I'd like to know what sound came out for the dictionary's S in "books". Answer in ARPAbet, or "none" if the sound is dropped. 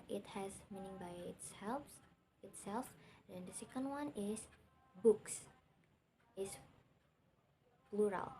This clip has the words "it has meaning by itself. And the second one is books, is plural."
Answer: S